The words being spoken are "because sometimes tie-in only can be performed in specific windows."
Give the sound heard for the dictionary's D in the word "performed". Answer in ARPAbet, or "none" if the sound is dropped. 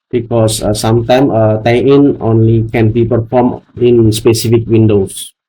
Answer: none